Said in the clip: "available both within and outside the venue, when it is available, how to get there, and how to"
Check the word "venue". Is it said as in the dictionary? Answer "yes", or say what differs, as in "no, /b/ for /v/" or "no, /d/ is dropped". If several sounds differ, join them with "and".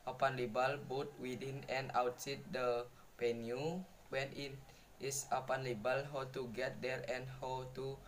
no, /p/ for /v/